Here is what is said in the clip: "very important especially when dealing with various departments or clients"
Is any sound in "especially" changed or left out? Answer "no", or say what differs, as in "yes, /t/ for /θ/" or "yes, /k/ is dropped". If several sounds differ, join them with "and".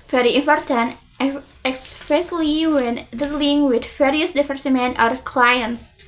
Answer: yes, /s/ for /ʃ/